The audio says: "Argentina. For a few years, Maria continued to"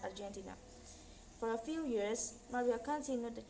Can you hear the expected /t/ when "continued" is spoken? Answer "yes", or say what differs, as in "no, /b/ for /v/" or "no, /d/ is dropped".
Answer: no, /s/ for /t/